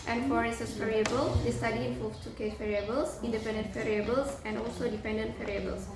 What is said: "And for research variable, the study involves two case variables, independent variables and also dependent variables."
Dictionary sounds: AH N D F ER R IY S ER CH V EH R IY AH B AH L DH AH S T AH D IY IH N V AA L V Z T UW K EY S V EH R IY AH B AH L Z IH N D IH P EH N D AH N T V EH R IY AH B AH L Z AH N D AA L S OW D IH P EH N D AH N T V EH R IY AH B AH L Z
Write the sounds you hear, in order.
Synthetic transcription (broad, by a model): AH N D F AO R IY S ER S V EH R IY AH B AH L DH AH S T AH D IY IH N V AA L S T UW K EY S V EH R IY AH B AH L S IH N D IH P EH N D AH N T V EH R IY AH B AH L S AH N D AA L S OW D IH P EH N D AH N T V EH R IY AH B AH L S